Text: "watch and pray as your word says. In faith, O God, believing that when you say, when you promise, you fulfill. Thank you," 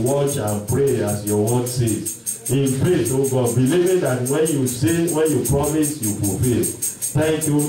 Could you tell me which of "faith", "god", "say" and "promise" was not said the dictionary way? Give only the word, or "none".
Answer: faith